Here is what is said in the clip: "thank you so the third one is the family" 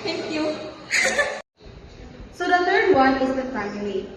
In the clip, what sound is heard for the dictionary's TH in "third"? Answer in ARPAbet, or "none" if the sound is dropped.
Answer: T